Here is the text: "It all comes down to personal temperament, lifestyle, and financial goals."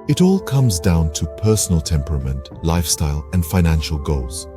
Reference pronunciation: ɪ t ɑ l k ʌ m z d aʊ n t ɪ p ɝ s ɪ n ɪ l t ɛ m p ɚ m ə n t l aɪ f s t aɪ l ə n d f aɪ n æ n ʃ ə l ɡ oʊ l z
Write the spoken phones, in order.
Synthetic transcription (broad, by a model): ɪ t ɑ l k ʌ m z d aʊ n t ɪ p ɝ s n l t ɛ m p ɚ m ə n t l aɪ f s t aɪ l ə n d f aɪ n æ n ʃ ə l ɡ oʊ l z